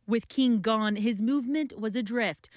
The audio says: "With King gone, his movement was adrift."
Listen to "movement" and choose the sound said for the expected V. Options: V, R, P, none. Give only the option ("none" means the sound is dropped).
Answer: V